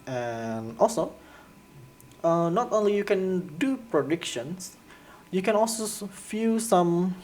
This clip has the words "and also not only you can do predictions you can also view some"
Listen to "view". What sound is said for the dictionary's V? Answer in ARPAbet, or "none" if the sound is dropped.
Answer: F